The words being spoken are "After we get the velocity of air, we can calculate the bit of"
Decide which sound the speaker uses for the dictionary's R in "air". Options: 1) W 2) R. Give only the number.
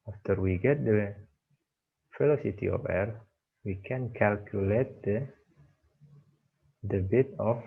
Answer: 2